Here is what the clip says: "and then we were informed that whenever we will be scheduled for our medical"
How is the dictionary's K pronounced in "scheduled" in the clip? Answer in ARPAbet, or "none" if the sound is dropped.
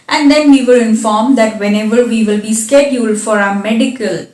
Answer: K